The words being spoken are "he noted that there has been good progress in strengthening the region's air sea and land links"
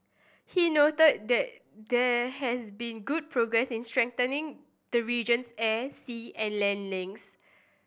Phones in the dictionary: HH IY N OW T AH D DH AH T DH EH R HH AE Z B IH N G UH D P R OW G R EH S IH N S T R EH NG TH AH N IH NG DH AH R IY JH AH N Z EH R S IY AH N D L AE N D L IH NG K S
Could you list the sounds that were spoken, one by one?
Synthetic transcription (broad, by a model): HH IY N OW T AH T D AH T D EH HH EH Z B IH N G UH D P R OW G R EH S IH N S T R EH NG T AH N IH NG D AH R IY JH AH N S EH S IY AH N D L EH N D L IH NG S